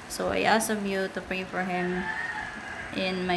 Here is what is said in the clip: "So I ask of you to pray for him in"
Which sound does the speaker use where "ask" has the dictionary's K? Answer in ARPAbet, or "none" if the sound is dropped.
none